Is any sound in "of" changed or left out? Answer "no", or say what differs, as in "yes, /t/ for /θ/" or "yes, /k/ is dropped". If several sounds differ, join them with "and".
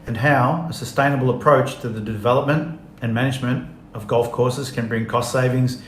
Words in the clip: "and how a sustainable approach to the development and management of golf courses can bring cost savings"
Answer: no